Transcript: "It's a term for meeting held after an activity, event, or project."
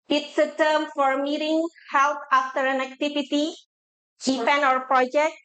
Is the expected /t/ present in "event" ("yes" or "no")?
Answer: no